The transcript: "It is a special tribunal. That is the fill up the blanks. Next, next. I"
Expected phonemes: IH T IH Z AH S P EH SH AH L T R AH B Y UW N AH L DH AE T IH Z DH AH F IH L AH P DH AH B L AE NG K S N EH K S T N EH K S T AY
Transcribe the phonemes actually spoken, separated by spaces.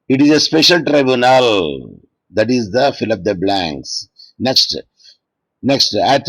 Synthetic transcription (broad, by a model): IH T IH Z AH S P EH SH AH L T R AH B Y UW N AH L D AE T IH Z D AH F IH L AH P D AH B L AE NG K S N EH K S T N EH K S T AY